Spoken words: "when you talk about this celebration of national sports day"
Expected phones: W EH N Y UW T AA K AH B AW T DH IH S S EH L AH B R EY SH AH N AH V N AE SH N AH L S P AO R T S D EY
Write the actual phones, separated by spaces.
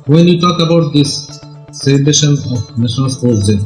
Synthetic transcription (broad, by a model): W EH N Y UW T AA K AH B AW T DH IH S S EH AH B EY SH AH N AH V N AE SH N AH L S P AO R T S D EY